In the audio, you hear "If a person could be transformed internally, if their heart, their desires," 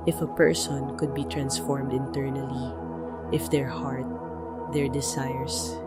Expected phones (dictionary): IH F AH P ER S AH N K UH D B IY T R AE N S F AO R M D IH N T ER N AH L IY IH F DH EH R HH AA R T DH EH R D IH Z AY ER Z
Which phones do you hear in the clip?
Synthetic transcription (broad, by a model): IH F AH P ER S AH N K UH D B IY T R AE N S F AO R M D IH N T ER N AH L IY IH F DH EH R HH AA R T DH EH R D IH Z AY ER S